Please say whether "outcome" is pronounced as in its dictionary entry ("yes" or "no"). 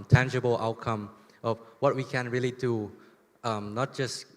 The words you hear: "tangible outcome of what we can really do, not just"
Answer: yes